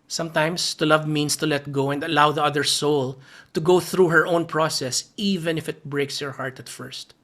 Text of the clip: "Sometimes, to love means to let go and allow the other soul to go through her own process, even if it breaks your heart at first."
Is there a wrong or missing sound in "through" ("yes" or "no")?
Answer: no